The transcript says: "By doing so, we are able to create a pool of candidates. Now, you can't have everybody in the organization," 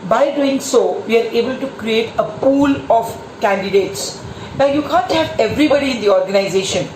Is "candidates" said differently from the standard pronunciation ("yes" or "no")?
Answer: no